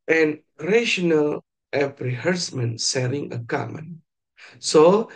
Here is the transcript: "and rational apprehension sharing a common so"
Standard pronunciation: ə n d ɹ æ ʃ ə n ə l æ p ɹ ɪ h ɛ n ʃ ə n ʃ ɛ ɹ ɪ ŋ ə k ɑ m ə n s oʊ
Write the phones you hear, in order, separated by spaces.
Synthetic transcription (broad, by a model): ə n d ɹ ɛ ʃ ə n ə l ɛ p ɹ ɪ h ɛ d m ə n s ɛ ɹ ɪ ŋ ə k ɑ m ə n s oʊ